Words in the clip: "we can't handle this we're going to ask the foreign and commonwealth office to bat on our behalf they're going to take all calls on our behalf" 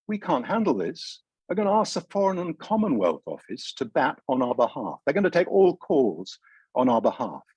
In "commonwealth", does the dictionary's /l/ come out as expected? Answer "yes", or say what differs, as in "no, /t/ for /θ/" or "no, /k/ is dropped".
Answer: yes